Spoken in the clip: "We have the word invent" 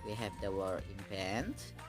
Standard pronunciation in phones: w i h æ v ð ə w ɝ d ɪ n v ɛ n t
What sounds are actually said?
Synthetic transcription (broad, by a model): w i h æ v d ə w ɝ ɪ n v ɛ n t